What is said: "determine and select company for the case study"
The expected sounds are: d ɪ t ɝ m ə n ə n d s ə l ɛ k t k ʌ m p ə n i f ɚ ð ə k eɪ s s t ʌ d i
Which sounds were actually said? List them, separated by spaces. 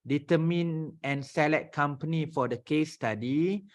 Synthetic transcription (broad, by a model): d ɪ t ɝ m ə n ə n s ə l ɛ t k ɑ m p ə n i f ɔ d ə k eɪ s s t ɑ d i